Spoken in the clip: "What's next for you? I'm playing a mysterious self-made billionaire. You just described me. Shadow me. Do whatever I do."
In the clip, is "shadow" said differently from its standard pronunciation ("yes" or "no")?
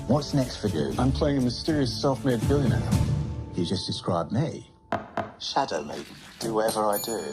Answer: no